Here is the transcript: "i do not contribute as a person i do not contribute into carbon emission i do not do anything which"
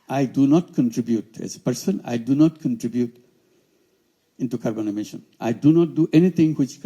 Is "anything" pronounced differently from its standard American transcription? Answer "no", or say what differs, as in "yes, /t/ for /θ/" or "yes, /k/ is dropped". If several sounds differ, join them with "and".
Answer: yes, /t/ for /θ/